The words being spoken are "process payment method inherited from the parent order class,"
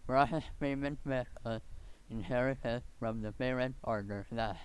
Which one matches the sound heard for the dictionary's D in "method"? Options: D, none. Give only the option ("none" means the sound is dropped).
none